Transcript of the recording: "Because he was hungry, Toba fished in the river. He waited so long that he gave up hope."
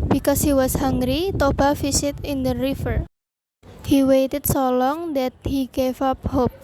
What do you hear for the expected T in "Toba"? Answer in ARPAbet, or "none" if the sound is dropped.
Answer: T